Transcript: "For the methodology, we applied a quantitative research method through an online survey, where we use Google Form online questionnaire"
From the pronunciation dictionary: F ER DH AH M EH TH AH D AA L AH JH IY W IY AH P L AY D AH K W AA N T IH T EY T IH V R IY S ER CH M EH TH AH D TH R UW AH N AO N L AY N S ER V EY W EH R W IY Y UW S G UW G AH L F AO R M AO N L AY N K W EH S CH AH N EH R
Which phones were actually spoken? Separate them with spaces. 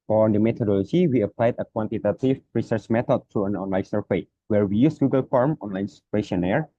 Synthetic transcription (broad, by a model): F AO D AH M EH T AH D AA L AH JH IY W IY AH P L AY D AH K W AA N T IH T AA T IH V R IY S ER CH M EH T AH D T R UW AH N AO N L AY N S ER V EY W EH R W IY Y UW S G UW G AH L F AO R M AO N L AY N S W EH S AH N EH R